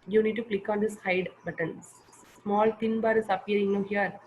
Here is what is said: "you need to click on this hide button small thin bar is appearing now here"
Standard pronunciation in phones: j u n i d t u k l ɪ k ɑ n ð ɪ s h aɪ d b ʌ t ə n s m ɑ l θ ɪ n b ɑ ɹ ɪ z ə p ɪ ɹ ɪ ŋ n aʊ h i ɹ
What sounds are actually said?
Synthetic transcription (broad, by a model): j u n i d t u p l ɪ k ɑ n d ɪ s h aɪ d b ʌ t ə n s m ɑ l t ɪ n b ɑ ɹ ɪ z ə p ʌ ɹ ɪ ŋ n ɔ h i ɹ